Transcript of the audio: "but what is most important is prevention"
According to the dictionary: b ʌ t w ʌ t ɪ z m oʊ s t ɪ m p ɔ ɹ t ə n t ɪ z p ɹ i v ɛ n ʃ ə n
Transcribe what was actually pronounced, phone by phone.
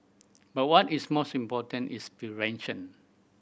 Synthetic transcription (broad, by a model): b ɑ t w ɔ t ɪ s m oʊ s t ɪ m p ɔ t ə n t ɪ s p i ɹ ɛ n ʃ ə n